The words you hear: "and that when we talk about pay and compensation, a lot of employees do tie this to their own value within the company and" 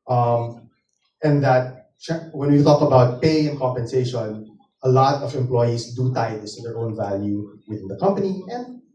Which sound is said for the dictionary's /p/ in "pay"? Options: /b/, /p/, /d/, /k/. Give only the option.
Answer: /p/